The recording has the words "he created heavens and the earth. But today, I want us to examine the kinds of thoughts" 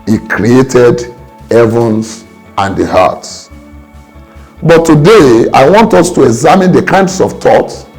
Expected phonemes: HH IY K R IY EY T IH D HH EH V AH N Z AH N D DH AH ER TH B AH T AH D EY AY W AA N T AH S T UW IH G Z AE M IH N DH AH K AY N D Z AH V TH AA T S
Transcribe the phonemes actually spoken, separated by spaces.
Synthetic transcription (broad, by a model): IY K R IY EY T IH D HH EH V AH N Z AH N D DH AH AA S B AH T AH D EY AY W AA N T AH S T UW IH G Z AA M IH N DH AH K AY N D S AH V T AA T